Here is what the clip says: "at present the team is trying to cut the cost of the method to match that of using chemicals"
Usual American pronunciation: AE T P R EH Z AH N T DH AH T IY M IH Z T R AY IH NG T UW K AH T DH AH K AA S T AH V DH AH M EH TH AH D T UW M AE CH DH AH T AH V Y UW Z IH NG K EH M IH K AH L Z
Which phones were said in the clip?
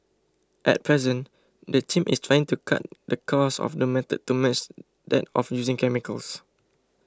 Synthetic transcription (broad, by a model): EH T P R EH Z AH N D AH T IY M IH S T R AY IH NG T UW K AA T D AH K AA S AH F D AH M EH T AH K T UW M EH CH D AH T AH F Y UW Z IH NG K EH M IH K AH L S